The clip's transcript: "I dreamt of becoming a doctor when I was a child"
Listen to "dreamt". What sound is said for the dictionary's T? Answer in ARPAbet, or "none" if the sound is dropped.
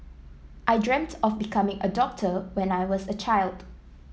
T